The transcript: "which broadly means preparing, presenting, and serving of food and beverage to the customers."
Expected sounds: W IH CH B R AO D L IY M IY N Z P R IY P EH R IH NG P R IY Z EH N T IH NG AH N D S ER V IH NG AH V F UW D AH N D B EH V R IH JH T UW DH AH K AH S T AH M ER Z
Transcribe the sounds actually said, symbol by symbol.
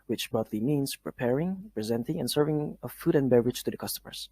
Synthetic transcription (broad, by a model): W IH CH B AO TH L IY M IY N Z P R IY P EH R IH NG P R IY Z EH N T IH NG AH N S ER V IH NG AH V F UW D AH N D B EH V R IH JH T UW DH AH K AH S T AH M ER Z